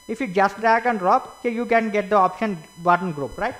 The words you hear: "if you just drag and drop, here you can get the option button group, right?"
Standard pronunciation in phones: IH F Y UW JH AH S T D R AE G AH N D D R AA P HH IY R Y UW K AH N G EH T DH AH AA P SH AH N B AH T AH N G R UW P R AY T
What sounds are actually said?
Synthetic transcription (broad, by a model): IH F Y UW JH AH S T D AE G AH N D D R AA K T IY Y UW K AH N G EH T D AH AA P SH AH N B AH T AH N G R UW P R AY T